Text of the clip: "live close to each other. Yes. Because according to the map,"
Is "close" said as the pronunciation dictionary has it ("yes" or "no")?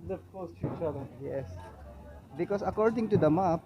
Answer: no